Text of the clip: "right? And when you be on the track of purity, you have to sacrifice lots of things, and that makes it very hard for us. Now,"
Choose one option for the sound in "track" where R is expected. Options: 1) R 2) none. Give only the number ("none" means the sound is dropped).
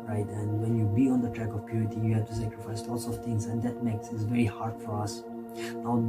1